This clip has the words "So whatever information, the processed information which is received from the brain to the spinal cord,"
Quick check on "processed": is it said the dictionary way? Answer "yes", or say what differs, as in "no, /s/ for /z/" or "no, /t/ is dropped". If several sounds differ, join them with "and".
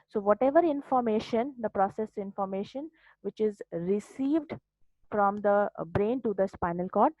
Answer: no, /t/ is dropped